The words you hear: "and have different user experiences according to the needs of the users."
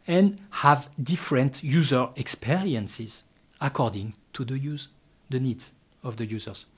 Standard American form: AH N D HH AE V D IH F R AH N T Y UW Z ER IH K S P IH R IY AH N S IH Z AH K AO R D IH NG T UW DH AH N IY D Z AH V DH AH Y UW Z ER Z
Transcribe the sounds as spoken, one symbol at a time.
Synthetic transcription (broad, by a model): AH N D HH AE V D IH F R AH N T Y UW Z ER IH K S P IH R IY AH N S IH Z AH K AO R D IH NG T UW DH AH N IY D Z AH V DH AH Y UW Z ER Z